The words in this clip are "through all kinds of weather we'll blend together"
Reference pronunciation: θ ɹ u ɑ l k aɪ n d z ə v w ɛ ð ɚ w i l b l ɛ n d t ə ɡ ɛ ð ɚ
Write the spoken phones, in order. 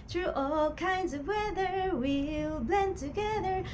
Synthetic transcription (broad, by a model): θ ɹ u ɑ l k aɪ n d z ə v w ɛ ð ɚ w i l b l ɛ n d t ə ɡ ɛ ð ɚ